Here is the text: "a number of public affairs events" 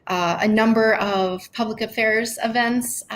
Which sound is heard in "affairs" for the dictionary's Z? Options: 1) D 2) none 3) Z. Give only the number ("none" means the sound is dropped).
3